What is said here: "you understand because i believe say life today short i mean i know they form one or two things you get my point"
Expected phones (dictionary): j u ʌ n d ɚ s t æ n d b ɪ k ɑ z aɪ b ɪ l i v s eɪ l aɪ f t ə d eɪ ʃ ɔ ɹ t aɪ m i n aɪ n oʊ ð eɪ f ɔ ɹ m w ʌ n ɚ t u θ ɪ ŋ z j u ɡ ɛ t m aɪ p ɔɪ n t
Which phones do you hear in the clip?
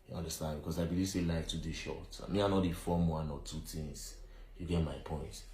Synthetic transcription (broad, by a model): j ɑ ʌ n d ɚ s t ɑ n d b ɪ k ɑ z aɪ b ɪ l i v s eɪ l aɪ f t ə d eɪ ʃ ɔ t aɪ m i aɪ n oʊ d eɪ f ɔ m w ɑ n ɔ t u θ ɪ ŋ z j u ɡ ɛ t m aɪ p ɔɪ n t